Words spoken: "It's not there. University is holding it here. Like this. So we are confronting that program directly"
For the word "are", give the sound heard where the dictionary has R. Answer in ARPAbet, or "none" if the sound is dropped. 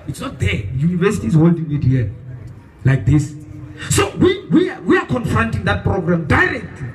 W